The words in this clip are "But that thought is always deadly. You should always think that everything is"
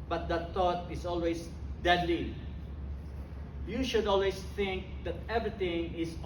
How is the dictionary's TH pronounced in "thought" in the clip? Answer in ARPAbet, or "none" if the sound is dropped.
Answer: T